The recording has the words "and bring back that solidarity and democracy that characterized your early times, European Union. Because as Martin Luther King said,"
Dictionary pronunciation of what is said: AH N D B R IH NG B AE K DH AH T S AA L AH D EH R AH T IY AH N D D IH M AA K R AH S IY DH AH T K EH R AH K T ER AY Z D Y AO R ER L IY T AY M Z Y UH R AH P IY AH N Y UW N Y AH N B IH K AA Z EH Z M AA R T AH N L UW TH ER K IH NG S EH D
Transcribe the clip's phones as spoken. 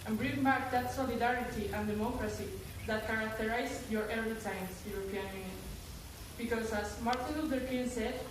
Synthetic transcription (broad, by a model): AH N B R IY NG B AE K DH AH T S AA L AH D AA R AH T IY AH N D D IH M AA K R AH S IY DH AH T K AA R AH K T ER AY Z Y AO R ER IY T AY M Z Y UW R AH P IY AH N Y UW N Y AH N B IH K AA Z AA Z M AA R T AH N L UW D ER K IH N S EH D